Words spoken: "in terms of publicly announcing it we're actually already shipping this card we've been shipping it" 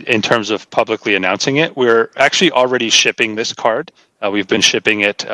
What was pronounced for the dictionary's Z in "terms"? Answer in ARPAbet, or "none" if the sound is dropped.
Z